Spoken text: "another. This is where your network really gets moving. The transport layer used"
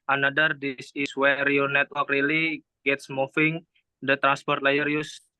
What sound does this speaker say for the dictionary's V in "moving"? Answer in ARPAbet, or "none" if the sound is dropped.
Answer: F